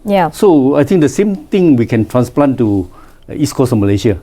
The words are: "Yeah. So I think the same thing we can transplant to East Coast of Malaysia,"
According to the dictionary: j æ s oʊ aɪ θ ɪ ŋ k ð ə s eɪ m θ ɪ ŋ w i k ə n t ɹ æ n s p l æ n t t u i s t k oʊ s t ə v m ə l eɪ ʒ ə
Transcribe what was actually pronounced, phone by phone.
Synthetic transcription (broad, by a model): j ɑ s oʊ aɪ t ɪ ŋ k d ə s eɪ m t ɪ ŋ w i k ə n t ɹ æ n s p l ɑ n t t u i s k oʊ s ə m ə l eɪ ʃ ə